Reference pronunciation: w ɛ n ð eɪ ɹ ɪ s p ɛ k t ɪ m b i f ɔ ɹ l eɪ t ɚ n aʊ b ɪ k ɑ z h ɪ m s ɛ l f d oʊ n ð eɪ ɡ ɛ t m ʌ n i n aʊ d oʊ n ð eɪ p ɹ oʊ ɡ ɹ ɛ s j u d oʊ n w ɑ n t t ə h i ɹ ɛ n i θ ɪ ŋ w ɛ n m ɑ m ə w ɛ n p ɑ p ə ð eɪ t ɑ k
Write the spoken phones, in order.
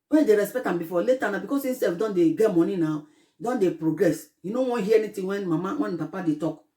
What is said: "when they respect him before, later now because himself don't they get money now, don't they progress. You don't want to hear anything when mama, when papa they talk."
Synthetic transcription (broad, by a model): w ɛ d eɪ ɹ ɪ s p ɛ k t ɪ m b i f ɔ l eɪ t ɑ n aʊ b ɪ k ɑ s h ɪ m s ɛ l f d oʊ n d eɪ ɡ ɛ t m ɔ n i n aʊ d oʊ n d eɪ p ɹ oʊ ɡ ɹ ɛ s j u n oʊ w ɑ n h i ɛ n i t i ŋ w ɛ n m ɑ m ə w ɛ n p ɑ p ə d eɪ t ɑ k